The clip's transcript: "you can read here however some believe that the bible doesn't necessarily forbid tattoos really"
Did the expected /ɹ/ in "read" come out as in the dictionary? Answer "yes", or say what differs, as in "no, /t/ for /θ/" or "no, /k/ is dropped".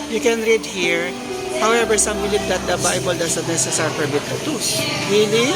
yes